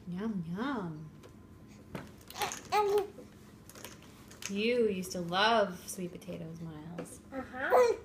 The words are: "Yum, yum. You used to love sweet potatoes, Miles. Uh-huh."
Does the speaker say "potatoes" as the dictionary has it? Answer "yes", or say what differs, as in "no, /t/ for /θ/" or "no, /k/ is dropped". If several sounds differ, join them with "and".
yes